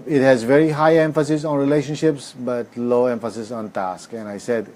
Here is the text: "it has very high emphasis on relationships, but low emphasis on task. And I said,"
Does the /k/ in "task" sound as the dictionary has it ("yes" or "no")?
yes